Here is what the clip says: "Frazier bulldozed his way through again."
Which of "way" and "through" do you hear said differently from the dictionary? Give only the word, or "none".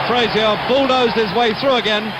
none